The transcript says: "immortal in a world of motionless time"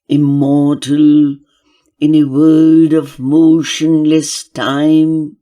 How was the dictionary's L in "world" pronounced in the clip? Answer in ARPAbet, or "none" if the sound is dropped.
none